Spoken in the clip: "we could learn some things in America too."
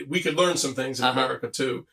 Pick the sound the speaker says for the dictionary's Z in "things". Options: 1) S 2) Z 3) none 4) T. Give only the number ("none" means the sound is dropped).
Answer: 2